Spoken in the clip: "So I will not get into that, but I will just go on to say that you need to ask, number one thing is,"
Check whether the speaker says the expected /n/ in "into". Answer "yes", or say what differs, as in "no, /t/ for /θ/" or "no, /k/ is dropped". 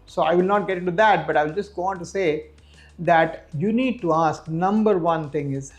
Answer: no, /n/ is dropped